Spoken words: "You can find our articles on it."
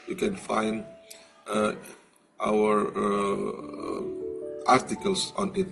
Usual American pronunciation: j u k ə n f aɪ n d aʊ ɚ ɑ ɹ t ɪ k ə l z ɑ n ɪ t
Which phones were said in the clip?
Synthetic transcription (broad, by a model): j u k ə n f aɪ n d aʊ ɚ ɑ ɹ t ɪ k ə l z ɑ n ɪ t